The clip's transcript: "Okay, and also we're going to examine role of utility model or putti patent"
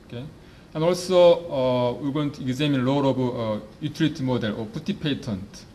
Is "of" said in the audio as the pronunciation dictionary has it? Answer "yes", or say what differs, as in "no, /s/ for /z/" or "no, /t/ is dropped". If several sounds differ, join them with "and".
no, /b/ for /v/